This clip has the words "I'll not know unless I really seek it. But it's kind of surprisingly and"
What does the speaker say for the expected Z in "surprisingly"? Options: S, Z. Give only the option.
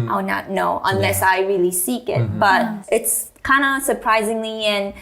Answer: Z